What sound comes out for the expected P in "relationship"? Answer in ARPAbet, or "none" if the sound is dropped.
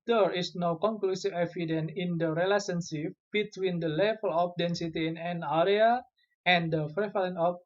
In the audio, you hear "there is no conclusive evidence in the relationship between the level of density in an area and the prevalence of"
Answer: F